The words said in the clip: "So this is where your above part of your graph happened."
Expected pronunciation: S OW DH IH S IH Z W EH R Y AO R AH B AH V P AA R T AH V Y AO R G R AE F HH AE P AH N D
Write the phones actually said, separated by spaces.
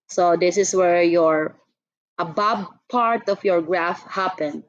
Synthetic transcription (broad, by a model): S OW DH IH S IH S W EH R Y AO R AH B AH B P AA R T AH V Y AO R G R AE F HH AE P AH N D